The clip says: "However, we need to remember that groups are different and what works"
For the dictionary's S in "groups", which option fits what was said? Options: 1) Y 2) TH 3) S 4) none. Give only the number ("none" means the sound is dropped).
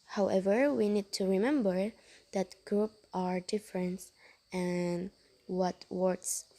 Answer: 4